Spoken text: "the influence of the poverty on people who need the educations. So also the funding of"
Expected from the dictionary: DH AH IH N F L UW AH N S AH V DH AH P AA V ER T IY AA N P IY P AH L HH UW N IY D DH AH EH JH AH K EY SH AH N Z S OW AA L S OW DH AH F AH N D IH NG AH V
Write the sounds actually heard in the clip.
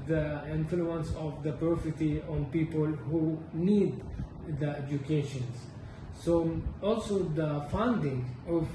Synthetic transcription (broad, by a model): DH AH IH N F L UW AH N S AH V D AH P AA F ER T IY AA N P IY P AH L HH UW N IY D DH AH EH JH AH K EY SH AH N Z S OW AA L S OW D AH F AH N D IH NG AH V